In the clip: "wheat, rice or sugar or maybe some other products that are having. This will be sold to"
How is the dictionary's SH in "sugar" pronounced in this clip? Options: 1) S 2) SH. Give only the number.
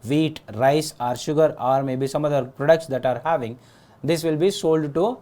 2